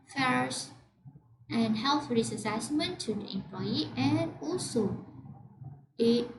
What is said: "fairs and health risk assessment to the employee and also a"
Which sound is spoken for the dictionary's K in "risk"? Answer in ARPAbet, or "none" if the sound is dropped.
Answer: none